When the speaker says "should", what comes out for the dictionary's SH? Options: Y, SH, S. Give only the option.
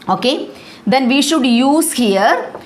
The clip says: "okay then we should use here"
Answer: SH